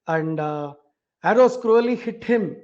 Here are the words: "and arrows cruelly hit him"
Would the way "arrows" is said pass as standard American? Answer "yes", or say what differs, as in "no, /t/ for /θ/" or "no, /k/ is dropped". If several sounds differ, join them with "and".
no, /s/ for /z/